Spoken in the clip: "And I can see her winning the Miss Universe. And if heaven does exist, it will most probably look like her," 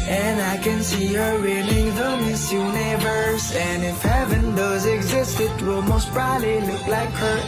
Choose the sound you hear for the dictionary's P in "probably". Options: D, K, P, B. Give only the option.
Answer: B